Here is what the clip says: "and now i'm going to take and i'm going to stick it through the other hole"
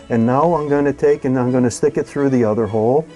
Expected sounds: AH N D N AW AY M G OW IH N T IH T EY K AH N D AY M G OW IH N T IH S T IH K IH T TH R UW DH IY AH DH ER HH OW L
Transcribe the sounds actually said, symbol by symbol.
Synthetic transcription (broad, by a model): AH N N AW AY M G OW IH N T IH T EY K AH N AY M G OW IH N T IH S T IH K IH T TH R UW DH IY AH DH ER HH OW L